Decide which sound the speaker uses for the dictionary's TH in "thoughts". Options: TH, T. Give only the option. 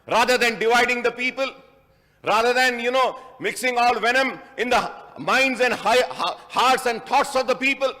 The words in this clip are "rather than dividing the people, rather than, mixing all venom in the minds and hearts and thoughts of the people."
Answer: T